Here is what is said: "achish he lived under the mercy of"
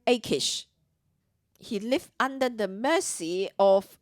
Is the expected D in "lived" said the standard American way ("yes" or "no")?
no